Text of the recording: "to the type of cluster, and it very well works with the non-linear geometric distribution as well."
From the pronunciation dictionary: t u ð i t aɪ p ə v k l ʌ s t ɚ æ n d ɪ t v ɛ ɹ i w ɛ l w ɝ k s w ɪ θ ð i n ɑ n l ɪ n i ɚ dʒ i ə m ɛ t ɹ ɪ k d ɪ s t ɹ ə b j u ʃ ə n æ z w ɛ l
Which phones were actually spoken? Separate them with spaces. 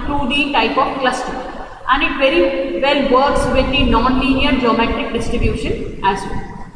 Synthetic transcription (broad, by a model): t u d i t aɪ p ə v k l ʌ s t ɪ æ n d ɪ t v ɛ ɹ i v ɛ l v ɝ k s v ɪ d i n ɑ n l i n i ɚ dʒ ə m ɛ t ɪ k d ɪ s t ɹ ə b j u ʃ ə n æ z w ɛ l